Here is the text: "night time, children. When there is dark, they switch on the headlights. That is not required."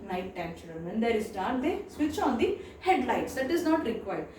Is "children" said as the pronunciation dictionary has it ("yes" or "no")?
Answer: no